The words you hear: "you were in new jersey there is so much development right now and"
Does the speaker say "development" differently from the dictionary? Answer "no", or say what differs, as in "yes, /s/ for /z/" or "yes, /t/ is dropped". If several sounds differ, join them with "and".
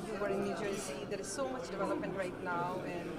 yes, /m/ is dropped